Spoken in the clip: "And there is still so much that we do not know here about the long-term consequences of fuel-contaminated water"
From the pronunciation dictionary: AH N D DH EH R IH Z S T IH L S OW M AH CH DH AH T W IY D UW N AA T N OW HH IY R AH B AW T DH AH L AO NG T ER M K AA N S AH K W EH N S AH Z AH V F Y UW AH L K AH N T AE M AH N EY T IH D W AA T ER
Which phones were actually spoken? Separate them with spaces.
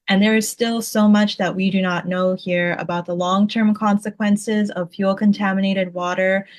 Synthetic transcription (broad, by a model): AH N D DH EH R IH Z S T IH L S OW M AH CH DH AH T W IY D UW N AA T N OW HH IY R AH B AW T DH AH L AO NG T ER M K AA N S AH K W EH N S AH Z AH V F Y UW L K AH N T AE M AH N EY T IH D W AA T ER